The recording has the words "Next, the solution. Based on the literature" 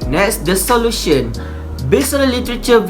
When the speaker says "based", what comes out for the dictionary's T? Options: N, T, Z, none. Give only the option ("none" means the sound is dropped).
none